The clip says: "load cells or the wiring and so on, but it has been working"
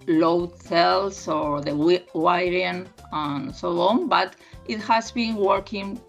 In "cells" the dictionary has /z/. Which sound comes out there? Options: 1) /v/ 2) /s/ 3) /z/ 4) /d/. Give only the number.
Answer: 2